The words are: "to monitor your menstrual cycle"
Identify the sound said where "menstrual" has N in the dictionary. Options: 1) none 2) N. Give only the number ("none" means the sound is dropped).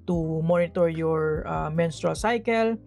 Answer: 2